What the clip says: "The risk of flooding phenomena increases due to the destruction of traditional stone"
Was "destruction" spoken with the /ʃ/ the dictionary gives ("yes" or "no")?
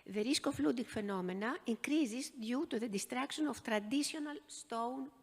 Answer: no